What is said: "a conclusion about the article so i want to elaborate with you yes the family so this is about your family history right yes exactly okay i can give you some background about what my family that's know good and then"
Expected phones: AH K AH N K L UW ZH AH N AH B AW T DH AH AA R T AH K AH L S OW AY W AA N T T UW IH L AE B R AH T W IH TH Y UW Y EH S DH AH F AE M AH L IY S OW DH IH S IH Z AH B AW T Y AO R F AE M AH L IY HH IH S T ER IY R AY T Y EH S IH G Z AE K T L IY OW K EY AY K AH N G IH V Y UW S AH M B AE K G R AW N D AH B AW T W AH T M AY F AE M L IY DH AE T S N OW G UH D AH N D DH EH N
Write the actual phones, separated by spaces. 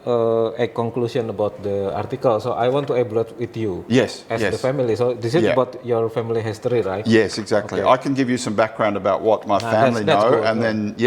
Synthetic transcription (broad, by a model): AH K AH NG K L UW S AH N AH B AW T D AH AA R T AH K AH L S OW AY W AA N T T UW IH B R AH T W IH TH Y UW Y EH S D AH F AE M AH L IY S OW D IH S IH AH B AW T Y AO R F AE M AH L IY HH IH S T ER IY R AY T Y EH S IH G Z AE K T L IY AY K AH N G IH V Y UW S AH M B AE K G R AW N D AH B AW T W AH T M AY F AE M L IY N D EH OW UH AH N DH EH N